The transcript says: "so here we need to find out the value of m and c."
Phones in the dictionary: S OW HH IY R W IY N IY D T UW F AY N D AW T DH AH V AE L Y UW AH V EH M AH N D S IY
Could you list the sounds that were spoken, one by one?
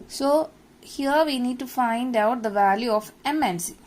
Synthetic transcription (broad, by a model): S OW HH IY R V IY N IY D T UW F AY N D AW T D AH V AE L Y UW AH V EH M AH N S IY